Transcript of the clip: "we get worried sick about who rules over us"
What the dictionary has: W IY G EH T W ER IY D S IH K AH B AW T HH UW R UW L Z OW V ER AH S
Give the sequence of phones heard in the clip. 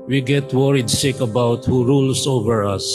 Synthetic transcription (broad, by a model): W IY G EH T W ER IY D SH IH K AH B AW T HH UW R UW L S OW V ER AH S